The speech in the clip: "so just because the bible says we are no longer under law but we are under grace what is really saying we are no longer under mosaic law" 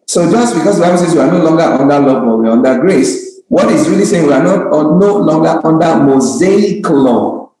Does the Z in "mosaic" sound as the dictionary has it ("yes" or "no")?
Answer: yes